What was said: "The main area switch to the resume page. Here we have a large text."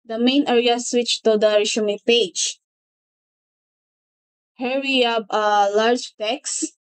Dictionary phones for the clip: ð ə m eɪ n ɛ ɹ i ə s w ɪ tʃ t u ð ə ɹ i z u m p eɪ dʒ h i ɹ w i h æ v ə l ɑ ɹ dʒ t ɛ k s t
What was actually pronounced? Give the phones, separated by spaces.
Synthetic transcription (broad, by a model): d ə m eɪ n ɛ ɹ i ə s w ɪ tʃ t u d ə ɹ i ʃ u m p eɪ dʒ h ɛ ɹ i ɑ b ə l ɑ ɹ dʒ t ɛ k s